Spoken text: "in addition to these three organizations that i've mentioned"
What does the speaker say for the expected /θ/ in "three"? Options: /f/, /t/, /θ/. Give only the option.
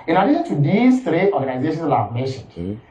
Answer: /t/